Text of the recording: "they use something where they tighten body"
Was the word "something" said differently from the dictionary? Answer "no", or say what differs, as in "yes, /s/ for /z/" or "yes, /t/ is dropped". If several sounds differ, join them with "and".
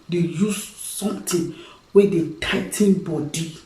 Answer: yes, /t/ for /θ/